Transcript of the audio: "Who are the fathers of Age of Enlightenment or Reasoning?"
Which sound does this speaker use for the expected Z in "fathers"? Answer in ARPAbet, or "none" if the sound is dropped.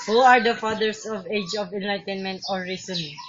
S